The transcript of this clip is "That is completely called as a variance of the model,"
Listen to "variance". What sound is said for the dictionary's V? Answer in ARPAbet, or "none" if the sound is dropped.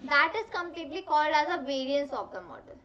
V